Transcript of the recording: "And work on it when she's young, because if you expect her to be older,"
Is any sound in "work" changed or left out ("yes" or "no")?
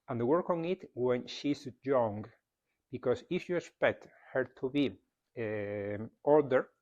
no